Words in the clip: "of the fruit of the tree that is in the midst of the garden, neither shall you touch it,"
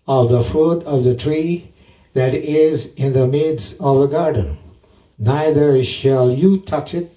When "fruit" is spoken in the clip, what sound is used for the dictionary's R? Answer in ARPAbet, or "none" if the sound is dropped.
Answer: none